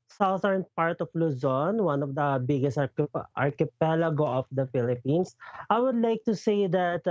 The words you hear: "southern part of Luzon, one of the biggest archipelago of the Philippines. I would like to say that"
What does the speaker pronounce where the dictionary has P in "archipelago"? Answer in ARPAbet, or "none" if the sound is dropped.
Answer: P